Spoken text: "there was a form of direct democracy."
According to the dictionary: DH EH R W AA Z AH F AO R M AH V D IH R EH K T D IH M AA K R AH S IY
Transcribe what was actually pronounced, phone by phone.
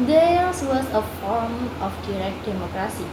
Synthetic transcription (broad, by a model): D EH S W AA S AH F AO R M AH F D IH R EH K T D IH M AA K R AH S IY